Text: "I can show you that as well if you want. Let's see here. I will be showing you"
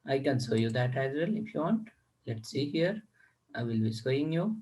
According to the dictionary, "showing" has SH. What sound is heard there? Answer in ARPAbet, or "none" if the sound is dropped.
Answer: S